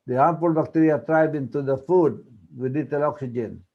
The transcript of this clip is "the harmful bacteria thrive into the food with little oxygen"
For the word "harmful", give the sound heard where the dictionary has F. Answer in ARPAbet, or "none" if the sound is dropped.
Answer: P